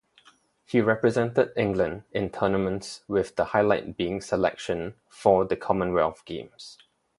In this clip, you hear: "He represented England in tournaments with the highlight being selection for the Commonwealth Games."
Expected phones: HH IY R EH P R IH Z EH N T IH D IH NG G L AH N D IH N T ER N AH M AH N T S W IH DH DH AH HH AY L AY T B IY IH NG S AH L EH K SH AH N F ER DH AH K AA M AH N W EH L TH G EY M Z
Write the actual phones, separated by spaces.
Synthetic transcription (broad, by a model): HH IY R EH P R IH Z EH N T IH D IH NG G L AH N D IH N T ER N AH M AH N T S W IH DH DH AH HH AY L AY T B IY IH NG S AH L EH K SH AH N F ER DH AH K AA M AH N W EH L F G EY M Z